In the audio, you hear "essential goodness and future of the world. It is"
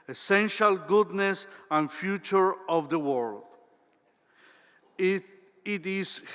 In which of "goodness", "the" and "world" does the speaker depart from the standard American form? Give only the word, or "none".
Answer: none